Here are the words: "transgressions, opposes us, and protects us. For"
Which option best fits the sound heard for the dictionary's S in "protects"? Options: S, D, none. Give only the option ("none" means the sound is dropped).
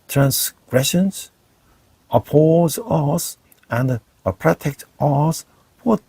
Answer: none